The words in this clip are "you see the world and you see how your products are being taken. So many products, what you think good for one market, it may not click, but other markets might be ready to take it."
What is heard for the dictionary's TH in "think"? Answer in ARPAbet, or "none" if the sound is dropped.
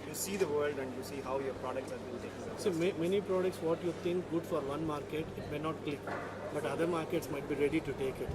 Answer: T